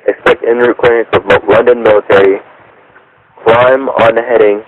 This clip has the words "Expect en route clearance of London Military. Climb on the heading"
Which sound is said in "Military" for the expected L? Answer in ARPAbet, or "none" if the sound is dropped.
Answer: L